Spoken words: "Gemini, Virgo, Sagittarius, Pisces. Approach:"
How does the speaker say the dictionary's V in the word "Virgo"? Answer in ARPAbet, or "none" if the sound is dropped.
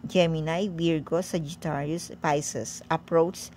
W